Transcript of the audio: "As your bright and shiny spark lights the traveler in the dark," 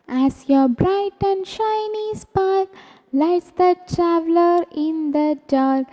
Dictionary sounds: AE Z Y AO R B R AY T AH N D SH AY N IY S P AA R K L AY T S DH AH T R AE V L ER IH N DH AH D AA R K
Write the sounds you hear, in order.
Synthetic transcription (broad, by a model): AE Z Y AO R B R AY T AH N D SH AY N IY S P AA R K L AY T S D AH T R AE V L ER IH N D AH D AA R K